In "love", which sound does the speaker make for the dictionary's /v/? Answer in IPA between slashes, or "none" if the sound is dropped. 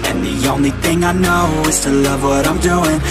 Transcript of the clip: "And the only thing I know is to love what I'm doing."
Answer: /v/